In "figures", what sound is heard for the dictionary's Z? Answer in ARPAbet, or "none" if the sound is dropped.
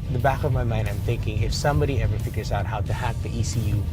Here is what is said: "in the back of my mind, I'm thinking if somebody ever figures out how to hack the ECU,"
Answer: Z